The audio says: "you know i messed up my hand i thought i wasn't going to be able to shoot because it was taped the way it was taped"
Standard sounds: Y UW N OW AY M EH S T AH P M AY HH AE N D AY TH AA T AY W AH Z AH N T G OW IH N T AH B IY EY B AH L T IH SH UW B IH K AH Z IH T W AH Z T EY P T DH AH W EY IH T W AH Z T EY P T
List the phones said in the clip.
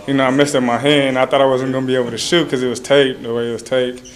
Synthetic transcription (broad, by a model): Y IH N OW AY M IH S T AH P M AY HH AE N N AY TH AA T AY W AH Z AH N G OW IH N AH B IY EY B L T IH SH UW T K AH Z IH T W AH Z T EY T DH AH W EY IH T W AH Z T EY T